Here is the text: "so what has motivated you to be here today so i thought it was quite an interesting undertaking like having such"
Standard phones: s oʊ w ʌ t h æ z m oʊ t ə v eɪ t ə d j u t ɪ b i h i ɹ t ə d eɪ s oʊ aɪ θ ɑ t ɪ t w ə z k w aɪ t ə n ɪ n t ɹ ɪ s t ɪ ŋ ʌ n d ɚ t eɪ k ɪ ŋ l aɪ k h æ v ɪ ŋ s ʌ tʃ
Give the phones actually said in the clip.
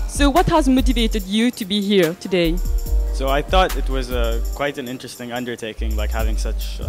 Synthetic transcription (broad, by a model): s oʊ w ʌ t h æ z m oʊ t ə v eɪ t ə d j u t ɪ b i h i ɹ t ə d eɪ s oʊ aɪ θ ɑ t ɪ t w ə z k w aɪ t ə n ɪ n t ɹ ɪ s t ɪ ŋ ʌ n d ɚ t eɪ k ɪ ŋ l aɪ k h æ v ɪ ŋ s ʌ tʃ